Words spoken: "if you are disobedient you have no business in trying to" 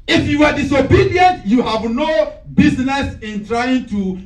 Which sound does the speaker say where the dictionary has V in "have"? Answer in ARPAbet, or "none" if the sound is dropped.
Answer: V